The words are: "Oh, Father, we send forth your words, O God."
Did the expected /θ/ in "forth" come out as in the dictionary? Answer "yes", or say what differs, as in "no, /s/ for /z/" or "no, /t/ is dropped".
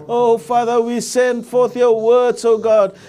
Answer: yes